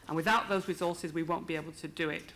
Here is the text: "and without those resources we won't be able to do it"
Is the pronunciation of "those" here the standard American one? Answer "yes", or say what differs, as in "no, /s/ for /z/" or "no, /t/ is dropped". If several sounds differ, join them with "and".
yes